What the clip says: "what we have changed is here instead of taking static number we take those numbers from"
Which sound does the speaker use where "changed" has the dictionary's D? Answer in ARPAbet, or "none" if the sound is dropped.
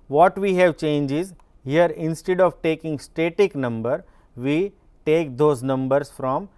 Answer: none